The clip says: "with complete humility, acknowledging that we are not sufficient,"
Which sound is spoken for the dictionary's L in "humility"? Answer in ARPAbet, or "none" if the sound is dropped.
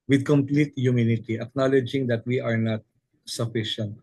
N